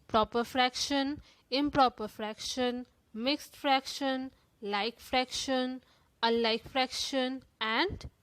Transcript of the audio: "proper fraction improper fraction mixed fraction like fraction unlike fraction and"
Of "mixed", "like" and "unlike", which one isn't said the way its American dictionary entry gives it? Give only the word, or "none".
unlike